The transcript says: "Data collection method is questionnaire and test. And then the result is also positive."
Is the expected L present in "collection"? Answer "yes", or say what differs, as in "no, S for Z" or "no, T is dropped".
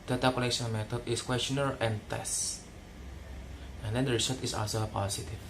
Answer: no, N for L